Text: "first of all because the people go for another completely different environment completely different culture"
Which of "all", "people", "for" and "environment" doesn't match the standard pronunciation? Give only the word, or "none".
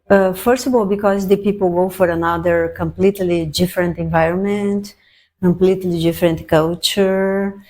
none